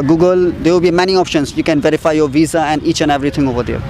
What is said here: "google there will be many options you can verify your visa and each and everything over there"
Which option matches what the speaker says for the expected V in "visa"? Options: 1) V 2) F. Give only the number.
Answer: 1